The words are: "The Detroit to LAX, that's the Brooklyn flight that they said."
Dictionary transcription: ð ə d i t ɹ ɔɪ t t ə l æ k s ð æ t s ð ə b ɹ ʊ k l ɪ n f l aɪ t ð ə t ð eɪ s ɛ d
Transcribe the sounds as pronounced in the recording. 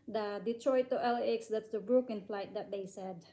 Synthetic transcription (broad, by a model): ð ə d i t ɹ ɔɪ t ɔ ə l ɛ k s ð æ t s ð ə b ɹ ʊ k ɪ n f l aɪ t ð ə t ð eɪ s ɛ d